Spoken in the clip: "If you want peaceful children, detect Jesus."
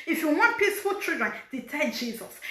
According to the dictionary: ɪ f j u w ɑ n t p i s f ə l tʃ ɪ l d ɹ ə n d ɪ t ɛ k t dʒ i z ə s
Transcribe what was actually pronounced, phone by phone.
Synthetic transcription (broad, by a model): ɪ f j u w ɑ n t p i s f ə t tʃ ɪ d ɹ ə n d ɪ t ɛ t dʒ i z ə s